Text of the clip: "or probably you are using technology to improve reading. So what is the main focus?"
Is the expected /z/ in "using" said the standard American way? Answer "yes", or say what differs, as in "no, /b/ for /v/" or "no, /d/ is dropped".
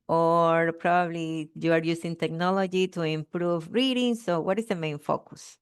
no, /s/ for /z/